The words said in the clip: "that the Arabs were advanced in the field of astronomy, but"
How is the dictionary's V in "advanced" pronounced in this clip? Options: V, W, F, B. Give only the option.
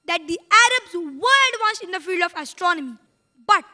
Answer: W